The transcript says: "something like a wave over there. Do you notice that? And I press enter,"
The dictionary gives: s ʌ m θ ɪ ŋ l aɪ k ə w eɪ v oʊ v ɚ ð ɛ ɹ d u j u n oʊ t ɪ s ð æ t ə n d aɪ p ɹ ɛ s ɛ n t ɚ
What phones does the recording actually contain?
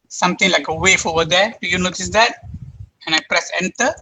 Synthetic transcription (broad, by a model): s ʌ m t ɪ ŋ l aɪ k ə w eɪ f oʊ v ɚ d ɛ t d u j u n oʊ t ɪ s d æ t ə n aɪ p ɹ ɛ s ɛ n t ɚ